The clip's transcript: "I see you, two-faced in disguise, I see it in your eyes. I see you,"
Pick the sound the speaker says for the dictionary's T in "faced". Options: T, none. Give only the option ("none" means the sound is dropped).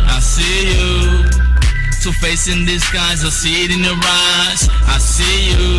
none